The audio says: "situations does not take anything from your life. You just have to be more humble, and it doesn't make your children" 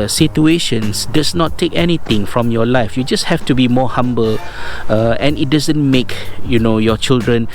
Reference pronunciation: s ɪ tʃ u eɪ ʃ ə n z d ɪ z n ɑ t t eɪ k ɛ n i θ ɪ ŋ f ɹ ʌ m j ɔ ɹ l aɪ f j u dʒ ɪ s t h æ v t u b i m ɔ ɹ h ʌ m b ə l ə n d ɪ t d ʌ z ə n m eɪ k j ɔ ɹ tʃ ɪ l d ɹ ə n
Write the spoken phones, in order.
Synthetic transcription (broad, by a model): s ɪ tʃ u eɪ ʃ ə n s d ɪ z n ɑ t t eɪ k ɛ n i t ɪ ŋ f ɹ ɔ m j ɔ l aɪ f j u dʒ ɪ s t h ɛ f t u b i m ɔ h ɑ m b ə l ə n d ɪ t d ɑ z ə n m eɪ k j ɔ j tʃ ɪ l d ɹ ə n